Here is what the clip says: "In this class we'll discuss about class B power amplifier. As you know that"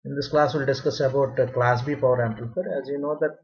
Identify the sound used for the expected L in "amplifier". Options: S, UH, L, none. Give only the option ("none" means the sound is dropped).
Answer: none